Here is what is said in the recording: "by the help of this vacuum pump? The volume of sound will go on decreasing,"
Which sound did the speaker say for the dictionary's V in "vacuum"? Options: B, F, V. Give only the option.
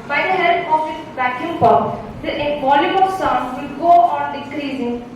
B